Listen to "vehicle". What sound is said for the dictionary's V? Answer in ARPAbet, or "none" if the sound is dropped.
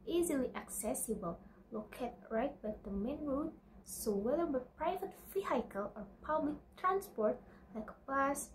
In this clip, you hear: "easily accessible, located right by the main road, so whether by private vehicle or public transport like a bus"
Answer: F